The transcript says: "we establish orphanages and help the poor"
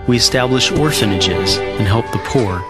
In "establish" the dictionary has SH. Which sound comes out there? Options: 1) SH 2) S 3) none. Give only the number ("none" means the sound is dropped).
1